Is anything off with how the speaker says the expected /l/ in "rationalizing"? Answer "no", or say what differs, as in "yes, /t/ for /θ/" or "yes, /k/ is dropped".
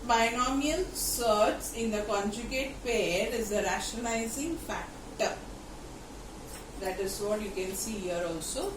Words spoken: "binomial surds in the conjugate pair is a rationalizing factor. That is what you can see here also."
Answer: yes, /l/ is dropped